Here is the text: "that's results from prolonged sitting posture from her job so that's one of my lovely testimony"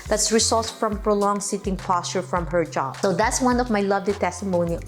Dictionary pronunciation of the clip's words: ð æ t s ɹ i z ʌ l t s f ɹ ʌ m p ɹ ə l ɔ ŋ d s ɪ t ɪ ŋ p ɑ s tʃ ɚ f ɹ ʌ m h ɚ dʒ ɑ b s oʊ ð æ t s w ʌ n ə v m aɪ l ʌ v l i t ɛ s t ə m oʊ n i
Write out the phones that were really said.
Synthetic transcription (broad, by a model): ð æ t s ɹ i s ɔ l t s f ɹ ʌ m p ɹ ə l ɔ ŋ s ɪ t ɪ ŋ p ɑ s tʃ ɚ f ɹ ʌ m h ɚ dʒ ɑ b s oʊ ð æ t s w ʌ n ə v m aɪ l ʌ v l i t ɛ s t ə m oʊ n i